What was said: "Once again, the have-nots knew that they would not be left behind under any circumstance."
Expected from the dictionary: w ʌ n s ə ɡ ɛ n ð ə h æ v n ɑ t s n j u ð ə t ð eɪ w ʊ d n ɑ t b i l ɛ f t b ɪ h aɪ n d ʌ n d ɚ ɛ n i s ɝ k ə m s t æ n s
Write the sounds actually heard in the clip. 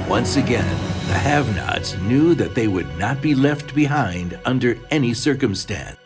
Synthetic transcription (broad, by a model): w ʌ n s ə ɡ ɛ n ð ə h æ v n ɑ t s n j u ð ə t ð eɪ w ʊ d n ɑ t b i l ɛ f t b ɪ h aɪ n d ʌ n d ɚ ɛ n i s ɝ k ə m s t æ n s